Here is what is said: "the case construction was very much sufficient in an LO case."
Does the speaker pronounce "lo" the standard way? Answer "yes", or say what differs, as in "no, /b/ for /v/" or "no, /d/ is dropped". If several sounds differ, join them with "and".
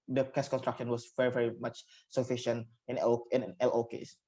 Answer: yes